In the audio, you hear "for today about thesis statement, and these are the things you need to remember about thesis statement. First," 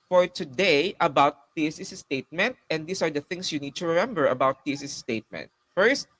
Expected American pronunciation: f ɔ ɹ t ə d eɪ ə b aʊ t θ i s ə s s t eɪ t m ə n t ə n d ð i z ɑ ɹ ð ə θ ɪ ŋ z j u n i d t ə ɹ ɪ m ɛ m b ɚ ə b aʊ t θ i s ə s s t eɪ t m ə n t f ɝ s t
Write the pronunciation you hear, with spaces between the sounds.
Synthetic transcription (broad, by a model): f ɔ ɹ t ə d eɪ ə b aʊ t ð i s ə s s t eɪ t m ə n t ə n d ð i s ɑ ɹ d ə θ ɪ ŋ s j u n i d t ə ɹ ɪ m ɛ m b ɚ ə b aʊ t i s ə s s t eɪ t m ə n t f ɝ s t